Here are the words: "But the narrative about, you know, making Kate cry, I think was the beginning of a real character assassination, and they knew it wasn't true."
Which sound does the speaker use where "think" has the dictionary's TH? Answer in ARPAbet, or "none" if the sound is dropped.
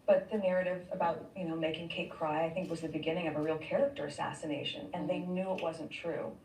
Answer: TH